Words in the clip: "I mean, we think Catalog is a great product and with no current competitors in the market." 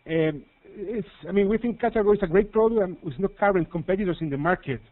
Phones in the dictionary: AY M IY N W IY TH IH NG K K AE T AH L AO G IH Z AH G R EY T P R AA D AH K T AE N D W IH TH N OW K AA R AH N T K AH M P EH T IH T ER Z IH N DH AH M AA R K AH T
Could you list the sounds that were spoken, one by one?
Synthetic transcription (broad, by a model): AY M IY N W IY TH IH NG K K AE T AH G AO IH S AH G R EY T P R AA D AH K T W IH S N OW K AA R AH N T K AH M P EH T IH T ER S IH N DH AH M AA R K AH T